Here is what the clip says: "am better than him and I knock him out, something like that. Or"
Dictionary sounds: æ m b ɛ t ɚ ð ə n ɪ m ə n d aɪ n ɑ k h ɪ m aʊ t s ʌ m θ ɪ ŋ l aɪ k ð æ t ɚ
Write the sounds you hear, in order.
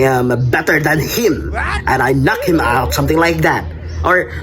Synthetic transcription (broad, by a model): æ m b ɛ t ɚ ð ə n ɪ m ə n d aɪ n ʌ k h ɪ m aʊ t s ʌ m θ ɪ ŋ l aɪ k ð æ t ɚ